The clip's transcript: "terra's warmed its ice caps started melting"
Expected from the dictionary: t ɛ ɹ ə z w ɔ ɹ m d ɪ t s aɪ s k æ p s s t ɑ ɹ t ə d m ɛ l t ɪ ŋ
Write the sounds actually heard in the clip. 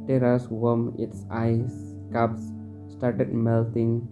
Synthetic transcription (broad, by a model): t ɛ ɹ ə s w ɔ m ɪ t s aɪ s k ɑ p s s t ɑ ɹ t ə d m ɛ l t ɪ ŋ